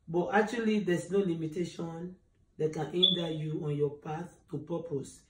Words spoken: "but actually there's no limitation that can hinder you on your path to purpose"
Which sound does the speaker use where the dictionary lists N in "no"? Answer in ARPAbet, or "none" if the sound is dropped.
N